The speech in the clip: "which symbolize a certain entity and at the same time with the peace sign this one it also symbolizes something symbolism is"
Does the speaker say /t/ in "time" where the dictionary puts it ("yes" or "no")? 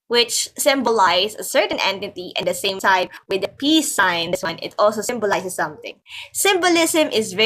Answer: no